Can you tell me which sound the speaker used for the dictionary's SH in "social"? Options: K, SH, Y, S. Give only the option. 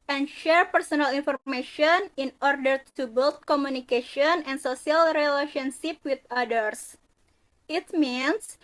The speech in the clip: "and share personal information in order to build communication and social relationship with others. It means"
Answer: S